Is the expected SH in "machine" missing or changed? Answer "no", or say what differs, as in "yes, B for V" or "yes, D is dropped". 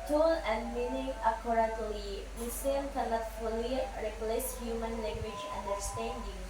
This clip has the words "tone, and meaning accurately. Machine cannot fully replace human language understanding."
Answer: yes, S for SH